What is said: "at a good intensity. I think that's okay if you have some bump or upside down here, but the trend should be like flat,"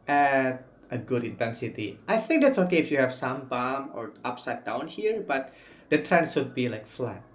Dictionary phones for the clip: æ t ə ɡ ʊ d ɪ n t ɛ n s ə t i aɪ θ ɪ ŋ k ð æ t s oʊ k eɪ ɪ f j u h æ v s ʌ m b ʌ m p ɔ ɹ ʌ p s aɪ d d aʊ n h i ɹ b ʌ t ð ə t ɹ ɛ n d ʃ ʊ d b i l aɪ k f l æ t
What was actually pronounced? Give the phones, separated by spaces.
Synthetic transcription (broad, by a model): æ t ə ɡ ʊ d ɪ n t ɛ n s ə t i aɪ θ ɪ ŋ k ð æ t s oʊ k eɪ ɪ f j u h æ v s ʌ m b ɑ m ɔ ɹ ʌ p s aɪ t d aʊ n h i ɹ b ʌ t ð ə t ɹ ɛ n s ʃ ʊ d b i l aɪ k f l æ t